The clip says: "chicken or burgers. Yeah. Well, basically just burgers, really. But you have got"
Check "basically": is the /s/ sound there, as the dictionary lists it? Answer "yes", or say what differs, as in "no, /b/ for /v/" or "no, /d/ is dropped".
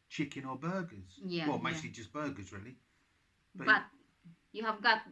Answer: no, /s/ is dropped